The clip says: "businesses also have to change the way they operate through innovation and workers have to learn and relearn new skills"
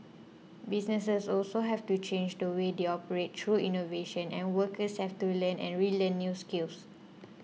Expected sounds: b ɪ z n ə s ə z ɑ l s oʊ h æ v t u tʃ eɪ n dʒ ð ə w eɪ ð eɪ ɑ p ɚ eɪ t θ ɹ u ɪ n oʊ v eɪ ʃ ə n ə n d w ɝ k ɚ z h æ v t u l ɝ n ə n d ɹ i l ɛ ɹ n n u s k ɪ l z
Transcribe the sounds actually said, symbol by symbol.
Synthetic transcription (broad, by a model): b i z n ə s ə s ɑ l s oʊ h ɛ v t u tʃ eɪ n dʒ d ə w eɪ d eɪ ɑ p ɚ eɪ t t ɹ u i n oʊ v eɪ ʃ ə n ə n w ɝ k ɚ s h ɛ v t u l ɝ n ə n ɹ i l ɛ n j u s k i l s